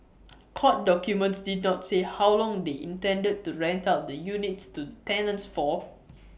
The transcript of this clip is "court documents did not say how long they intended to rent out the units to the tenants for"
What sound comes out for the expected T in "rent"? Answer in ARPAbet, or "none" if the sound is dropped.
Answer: T